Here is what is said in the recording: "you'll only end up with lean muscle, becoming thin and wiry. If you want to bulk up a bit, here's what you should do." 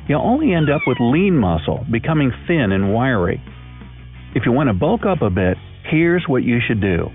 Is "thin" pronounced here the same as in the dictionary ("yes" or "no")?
yes